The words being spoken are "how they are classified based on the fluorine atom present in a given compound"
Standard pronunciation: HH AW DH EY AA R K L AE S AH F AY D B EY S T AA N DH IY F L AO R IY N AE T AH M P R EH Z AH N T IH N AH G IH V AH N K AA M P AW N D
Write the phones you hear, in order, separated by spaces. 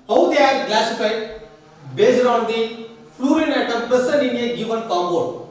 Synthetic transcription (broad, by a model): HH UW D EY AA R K L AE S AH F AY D B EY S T AA N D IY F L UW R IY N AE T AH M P EH S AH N IH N AH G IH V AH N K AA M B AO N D